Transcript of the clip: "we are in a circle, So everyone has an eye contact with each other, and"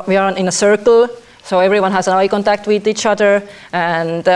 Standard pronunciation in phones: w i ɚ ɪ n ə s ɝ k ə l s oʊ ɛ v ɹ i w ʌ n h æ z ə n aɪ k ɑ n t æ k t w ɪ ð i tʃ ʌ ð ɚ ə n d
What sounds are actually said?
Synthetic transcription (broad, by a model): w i ɚ ɪ n ə s ɝ k ə l s oʊ ɛ v ɹ i w ʌ n h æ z ə n aɪ k ɑ n t æ k t w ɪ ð i tʃ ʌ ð ɚ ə n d